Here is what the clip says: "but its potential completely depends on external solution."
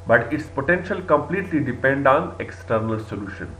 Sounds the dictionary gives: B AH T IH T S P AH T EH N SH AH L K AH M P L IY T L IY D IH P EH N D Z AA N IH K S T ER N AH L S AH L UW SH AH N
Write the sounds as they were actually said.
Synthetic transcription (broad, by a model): B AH T IH T S P AH T EH N SH AH L K AH M P L IY T L IY D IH P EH N D AA N IH K S T ER N AH L S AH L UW SH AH N